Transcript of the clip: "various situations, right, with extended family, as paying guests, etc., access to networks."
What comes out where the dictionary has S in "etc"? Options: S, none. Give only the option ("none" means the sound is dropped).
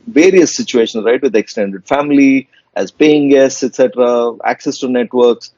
S